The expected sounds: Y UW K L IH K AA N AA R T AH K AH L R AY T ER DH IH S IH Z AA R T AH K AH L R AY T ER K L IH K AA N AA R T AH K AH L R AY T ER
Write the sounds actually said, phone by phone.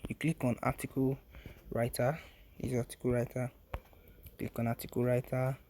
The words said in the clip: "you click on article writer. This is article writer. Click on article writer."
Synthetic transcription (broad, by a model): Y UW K L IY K AA N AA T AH K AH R AY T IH IH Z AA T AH K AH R AY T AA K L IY K AA N AA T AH K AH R AY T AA